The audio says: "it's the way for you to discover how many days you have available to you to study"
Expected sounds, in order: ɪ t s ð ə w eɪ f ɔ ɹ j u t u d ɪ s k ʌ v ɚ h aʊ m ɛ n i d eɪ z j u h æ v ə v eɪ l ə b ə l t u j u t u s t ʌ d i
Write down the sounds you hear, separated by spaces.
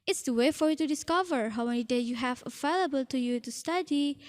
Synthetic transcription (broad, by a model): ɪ t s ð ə w eɪ f ɔ ɹ j u t u d ɪ s k ʌ v ɚ h aʊ m ɛ n i d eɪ j u h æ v ə v eɪ l ə b ə l t u j u t u s t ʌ d i